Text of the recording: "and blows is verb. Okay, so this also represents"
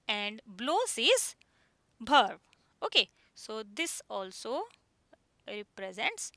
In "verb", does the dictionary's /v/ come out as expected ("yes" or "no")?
no